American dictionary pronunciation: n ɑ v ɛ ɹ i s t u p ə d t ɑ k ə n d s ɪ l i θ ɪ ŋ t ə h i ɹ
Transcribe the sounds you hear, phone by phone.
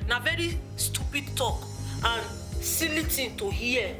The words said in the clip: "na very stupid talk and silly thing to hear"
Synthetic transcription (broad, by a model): n ɑ v ɛ ɹ i s t u p ə d t ɑ k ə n s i l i t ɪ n t ə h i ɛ